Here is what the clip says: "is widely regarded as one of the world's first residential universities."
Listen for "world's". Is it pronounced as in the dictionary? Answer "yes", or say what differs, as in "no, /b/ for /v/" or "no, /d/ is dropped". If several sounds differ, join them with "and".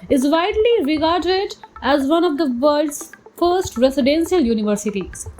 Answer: no, /l/ is dropped